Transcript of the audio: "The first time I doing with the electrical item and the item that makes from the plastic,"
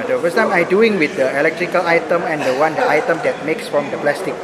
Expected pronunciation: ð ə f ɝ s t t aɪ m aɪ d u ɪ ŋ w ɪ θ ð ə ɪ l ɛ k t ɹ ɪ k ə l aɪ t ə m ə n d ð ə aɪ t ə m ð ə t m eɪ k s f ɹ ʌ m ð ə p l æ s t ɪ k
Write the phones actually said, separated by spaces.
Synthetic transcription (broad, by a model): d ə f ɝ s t t aɪ m aɪ d u ɪ ŋ w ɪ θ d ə ɪ l ɛ k t ɹ ɪ k ə l aɪ t ə m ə n d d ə aɪ t ə m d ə t m eɪ k s f ɹ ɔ m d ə p l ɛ s t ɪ k